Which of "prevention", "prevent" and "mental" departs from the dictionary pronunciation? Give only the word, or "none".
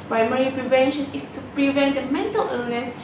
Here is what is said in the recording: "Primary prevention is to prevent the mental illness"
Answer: none